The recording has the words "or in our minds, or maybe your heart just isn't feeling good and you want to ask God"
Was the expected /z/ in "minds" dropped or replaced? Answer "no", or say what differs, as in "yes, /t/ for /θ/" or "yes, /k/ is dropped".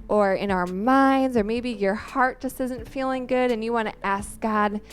no